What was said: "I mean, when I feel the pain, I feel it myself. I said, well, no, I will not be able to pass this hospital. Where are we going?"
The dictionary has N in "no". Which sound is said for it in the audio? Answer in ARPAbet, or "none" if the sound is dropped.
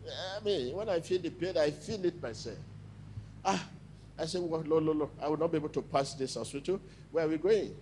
L